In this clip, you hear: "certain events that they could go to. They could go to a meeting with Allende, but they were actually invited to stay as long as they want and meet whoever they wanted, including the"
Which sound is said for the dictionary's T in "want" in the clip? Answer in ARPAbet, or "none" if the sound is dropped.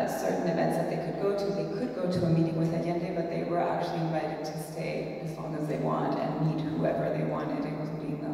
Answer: T